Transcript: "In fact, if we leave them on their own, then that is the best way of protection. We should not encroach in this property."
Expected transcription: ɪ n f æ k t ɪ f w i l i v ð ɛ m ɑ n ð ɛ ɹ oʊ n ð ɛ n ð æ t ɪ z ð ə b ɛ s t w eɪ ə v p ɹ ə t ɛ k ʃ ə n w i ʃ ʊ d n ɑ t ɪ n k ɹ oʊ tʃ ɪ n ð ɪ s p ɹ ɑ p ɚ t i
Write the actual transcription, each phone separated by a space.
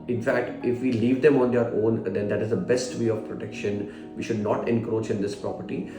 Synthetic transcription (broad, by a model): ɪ n f æ k t ɪ f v i l i v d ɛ m ɑ n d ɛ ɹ oʊ n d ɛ n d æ t ɪ z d ə b ɛ s t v eɪ ə v p ɹ ə t ɛ k ʃ ə n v i ʃ ʊ d n ɑ t ɪ n k ɹ oʊ tʃ ɪ n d ɪ s p ɹ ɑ p ɚ t i